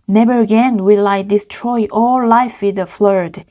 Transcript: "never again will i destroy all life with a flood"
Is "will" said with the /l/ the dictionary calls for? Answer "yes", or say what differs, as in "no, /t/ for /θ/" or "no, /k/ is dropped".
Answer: yes